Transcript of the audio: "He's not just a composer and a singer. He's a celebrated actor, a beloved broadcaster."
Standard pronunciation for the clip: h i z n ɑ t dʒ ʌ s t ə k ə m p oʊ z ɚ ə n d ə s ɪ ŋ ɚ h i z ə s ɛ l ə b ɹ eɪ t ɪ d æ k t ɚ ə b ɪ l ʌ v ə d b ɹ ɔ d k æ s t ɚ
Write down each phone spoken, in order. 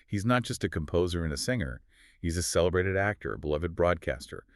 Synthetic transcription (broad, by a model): h i z n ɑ t dʒ ʌ s t ə k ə m p oʊ z ɚ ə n ə s ɪ ŋ ɚ h i z ə s ɛ l ə b ɹ eɪ t ɪ d æ k t ɚ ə b ɪ l ʌ v ə d b ɹ ɔ d k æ s t ɚ